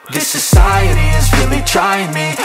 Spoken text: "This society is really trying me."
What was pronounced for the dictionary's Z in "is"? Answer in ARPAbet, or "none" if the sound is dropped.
Z